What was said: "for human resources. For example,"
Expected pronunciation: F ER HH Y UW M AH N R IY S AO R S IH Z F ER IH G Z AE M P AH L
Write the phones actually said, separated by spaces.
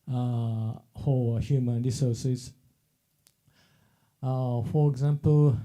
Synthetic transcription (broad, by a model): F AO HH Y UW M AH N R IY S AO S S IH F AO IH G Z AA M P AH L